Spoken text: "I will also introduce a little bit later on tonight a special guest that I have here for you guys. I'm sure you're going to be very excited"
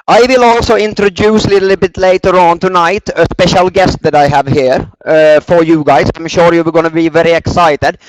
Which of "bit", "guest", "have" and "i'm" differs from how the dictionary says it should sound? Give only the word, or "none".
none